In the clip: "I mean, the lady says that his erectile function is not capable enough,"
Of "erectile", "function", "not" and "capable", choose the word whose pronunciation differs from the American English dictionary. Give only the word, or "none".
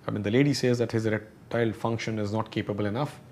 erectile